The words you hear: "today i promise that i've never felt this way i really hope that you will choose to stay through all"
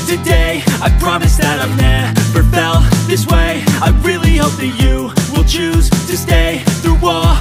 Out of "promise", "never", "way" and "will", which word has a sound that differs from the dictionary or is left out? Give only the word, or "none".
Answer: never